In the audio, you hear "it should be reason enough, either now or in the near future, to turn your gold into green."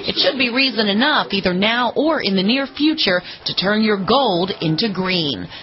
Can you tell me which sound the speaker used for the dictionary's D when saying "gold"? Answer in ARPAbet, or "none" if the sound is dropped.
D